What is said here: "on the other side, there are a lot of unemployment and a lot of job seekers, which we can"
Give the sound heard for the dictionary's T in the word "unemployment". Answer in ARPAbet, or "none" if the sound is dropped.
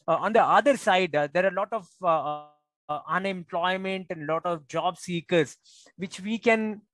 T